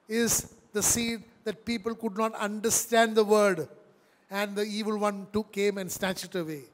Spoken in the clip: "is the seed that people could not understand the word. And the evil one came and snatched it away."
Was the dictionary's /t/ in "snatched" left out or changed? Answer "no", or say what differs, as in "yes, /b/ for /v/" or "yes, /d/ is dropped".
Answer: yes, /t/ is dropped